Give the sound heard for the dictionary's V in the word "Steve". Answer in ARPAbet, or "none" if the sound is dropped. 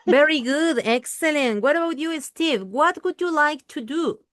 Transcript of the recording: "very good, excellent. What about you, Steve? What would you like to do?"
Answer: V